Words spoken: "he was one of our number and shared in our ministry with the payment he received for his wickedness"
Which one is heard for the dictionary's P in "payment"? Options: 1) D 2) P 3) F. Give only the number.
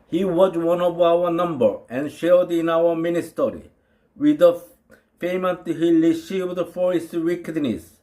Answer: 3